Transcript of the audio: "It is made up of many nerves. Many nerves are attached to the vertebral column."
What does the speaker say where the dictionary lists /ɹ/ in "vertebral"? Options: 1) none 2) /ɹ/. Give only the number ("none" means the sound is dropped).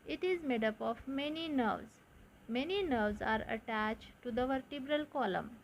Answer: 2